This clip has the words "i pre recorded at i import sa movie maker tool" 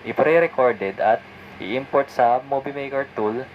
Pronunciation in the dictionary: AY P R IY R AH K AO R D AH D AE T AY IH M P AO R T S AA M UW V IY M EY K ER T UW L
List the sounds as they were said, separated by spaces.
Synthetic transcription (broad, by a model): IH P R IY R AH K AO R D AH D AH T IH IH M P AO R T S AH M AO B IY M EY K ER T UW L